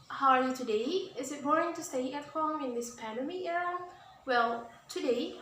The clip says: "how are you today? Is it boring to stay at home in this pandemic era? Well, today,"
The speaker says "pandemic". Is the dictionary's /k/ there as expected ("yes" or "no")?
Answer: no